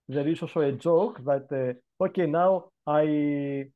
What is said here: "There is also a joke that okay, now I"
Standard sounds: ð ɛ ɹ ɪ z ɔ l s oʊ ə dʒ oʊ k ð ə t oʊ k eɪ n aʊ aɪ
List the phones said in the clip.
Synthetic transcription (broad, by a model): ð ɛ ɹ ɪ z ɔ s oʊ ə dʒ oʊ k ð ə t oʊ k eɪ n aʊ aɪ